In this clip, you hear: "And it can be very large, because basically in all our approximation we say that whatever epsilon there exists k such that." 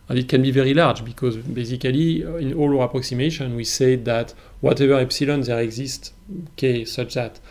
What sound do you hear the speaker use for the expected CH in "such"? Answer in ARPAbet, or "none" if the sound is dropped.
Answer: CH